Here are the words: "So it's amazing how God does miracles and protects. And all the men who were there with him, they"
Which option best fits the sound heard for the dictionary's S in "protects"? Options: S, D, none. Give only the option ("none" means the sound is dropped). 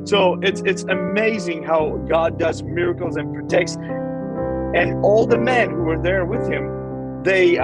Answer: S